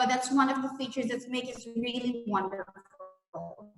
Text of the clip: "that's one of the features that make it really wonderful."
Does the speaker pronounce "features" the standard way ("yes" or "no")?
yes